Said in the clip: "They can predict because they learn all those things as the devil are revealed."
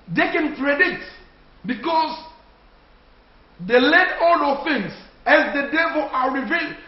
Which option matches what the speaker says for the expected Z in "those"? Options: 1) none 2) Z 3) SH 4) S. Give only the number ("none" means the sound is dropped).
1